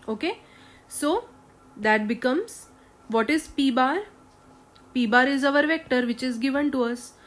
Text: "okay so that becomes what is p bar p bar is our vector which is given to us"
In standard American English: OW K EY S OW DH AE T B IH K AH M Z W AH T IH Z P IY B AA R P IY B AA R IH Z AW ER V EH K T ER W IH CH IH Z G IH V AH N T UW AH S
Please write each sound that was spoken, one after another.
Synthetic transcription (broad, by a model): OW K EY S OW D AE T B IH K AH M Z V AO T IH Z P IY B AA R P IY B AA R IH Z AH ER V EH K T ER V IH CH IH Z G IH V AH N T UW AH S